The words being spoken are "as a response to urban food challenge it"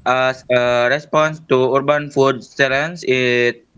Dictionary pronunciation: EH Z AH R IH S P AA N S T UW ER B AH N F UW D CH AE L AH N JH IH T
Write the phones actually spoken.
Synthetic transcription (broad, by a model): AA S AH R IH S P AA N S T UW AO B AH N F UW D S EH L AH N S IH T